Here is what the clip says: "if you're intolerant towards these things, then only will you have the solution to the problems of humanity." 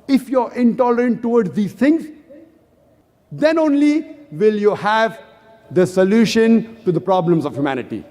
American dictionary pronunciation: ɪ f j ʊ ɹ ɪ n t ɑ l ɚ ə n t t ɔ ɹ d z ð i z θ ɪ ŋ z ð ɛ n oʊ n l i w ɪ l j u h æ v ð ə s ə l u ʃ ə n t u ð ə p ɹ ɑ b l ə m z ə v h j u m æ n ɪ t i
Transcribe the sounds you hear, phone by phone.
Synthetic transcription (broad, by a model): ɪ f j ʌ ɹ ɪ n t ɑ l ɚ ə n t t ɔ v d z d i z t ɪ ŋ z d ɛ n oʊ n l i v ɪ l j u h æ v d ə s ə l u ʃ ə n t u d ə p ɹ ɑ b l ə m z ə v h j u m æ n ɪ t i